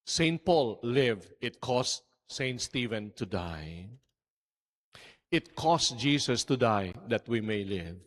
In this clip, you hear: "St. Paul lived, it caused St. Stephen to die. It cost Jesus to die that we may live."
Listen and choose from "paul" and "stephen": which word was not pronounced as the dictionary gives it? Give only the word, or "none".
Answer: none